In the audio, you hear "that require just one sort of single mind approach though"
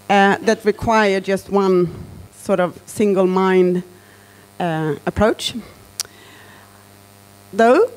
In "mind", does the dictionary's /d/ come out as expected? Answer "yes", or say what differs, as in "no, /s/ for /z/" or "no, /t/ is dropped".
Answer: yes